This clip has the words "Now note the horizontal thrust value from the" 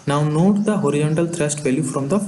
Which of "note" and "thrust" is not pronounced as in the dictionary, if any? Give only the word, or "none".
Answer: thrust